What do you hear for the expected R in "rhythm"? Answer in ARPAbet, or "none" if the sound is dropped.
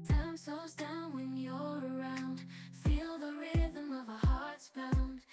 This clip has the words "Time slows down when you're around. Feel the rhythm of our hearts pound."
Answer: R